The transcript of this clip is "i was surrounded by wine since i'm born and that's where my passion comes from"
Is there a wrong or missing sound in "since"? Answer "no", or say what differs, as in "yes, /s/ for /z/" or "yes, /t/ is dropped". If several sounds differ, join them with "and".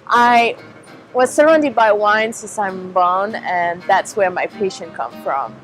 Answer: yes, /n/ is dropped